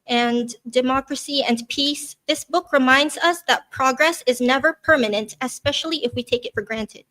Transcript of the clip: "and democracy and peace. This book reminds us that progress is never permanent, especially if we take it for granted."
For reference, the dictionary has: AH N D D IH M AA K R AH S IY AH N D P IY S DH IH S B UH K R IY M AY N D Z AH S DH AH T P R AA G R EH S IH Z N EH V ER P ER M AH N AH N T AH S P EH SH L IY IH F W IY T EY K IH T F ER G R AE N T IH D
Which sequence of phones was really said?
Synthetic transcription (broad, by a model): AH N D D IH M AA K R AH S IY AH N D P IY S DH IH S B UH K R IY M AY N D Z AH S DH AH T P R AA G R EH S IH Z N EH V ER P ER M AH N AH N T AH S P EH SH L IY IH F W IY T EY K IH T F ER G R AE N T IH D